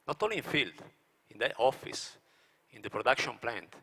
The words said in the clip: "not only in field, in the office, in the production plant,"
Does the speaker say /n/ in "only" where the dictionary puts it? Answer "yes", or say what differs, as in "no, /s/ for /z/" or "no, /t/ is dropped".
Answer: no, /n/ is dropped